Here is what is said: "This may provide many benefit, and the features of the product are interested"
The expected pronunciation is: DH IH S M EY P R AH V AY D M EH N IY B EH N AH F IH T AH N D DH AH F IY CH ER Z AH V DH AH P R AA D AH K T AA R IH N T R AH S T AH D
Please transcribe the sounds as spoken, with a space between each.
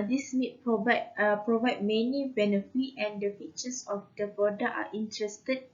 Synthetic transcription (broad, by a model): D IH S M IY P R AH V AY D M EH N IY B EH N AH F IH T AH N D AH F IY CH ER S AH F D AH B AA D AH T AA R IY N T R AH S T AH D